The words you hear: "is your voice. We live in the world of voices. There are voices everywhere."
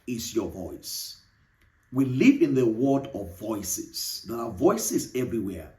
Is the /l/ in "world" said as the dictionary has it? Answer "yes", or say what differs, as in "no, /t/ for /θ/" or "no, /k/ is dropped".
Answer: no, /l/ is dropped